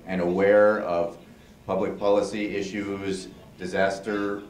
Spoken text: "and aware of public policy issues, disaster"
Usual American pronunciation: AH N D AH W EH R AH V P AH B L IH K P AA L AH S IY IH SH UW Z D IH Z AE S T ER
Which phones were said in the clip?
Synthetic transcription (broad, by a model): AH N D AH W EH R AH V P AH B L IH K P AA L AH S IY IH SH UW Z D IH Z AE S T ER